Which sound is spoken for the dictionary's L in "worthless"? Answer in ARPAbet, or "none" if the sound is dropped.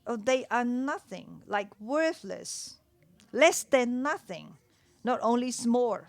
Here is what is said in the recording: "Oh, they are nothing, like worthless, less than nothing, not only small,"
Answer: L